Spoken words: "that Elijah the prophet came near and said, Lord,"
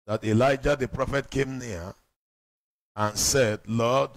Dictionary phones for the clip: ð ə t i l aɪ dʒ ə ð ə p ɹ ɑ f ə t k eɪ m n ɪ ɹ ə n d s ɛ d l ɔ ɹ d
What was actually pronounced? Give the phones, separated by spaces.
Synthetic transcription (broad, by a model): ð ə t i l aɪ dʒ ə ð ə p ɹ ɑ f ə t k eɪ m n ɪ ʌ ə n s ɛ d l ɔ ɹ d